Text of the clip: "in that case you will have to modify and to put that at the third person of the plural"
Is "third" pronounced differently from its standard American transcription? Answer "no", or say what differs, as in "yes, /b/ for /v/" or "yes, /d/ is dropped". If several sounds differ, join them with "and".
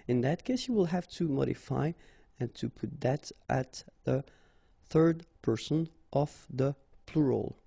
no